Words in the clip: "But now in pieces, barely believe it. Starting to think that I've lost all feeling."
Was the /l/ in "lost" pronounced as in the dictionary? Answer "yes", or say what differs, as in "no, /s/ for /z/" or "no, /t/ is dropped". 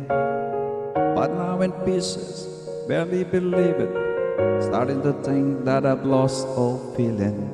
yes